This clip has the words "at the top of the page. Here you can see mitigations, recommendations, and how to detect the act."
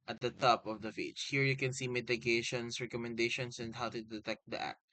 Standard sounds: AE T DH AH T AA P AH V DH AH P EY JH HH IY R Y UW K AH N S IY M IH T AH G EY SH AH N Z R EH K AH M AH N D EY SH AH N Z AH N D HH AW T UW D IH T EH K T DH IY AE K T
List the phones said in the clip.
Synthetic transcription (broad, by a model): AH T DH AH T AA P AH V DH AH F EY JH HH IY R Y UW K AH N S IY M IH T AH G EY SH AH N S R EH K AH M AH N D EY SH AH N S AH N D HH AW T UW D IH T EH K T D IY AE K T